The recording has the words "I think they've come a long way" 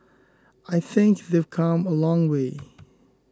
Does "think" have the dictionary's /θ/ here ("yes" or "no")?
yes